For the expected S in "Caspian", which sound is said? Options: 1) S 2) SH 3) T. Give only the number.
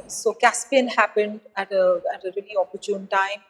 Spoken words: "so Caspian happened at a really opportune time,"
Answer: 1